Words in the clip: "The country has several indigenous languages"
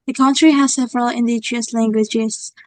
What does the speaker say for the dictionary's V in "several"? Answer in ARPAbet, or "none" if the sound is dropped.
V